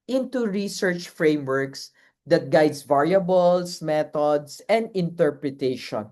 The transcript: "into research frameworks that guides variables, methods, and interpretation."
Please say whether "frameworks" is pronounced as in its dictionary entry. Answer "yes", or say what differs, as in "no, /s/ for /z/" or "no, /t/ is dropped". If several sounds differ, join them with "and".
yes